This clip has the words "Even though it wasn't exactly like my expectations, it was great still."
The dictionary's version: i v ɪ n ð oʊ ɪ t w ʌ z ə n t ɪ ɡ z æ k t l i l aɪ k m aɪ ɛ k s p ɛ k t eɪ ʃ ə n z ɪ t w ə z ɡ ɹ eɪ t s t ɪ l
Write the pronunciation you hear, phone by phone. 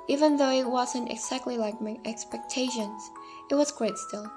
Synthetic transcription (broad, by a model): i v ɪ n ð oʊ ɪ t w ʌ z ə n t ɪ ɡ z æ k t l i l aɪ k m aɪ ɛ k s p ɛ k t eɪ ʃ ə n z ɪ t w ə z ɡ ɹ eɪ t s t ɪ l